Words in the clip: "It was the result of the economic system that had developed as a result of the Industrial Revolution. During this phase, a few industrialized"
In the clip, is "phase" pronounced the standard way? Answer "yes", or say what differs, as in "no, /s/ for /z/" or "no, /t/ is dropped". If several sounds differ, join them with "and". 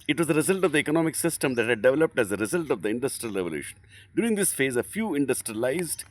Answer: yes